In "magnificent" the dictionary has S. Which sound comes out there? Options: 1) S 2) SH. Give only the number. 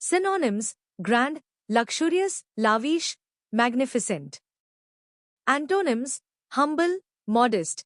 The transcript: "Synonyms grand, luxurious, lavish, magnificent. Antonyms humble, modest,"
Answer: 1